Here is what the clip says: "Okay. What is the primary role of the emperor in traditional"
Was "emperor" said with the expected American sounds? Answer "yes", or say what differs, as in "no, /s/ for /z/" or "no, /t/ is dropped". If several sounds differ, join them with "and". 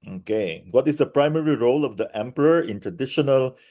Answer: yes